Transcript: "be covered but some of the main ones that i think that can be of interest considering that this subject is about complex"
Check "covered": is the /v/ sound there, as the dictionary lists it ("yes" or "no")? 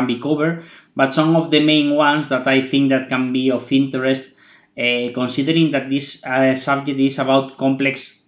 no